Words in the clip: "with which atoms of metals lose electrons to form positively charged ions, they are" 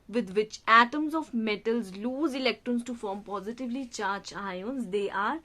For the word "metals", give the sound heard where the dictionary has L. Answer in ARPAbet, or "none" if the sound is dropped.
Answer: L